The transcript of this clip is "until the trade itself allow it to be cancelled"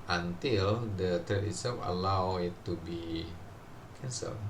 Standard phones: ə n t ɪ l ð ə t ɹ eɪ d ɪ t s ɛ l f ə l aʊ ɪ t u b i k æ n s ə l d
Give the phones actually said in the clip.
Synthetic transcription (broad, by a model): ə n t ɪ l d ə t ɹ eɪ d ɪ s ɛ f ə l aʊ ɪ t u b i k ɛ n s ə l